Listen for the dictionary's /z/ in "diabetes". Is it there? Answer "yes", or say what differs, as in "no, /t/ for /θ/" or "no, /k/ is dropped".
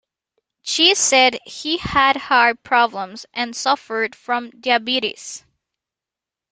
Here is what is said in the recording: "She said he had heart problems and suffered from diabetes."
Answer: no, /s/ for /z/